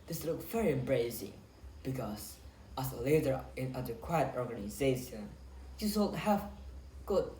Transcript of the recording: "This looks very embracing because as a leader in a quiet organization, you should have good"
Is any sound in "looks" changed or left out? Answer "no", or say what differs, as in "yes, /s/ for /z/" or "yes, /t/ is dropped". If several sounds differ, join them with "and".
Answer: yes, /s/ is dropped